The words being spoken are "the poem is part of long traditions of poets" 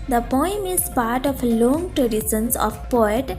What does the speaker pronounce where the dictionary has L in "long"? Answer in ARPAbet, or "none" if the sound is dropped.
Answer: L